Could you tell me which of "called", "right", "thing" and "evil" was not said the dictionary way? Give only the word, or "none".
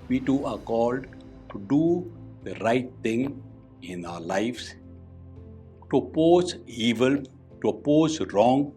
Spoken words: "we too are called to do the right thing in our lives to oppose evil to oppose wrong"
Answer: thing